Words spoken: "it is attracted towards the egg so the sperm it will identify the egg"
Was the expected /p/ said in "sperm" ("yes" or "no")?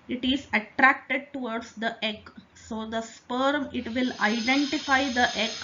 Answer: yes